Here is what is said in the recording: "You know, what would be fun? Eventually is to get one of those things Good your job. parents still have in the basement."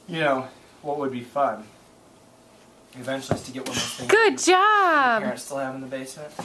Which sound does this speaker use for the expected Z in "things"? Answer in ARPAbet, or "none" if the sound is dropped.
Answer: none